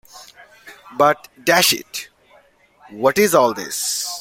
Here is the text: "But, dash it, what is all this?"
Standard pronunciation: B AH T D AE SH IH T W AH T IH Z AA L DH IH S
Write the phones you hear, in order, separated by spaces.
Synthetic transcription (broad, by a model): B AH T D AE SH IH T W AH T IH Z AA L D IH S